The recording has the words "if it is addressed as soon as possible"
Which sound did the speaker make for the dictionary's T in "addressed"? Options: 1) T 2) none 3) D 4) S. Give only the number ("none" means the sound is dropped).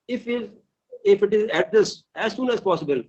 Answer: 2